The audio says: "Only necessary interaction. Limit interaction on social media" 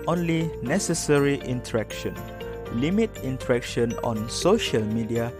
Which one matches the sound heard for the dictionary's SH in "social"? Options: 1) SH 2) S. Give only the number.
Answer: 1